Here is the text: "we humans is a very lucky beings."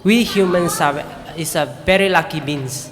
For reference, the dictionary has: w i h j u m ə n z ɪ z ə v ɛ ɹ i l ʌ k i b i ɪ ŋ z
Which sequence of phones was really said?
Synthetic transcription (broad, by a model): w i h j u m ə n s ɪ s ə v ɛ ɹ i l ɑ k i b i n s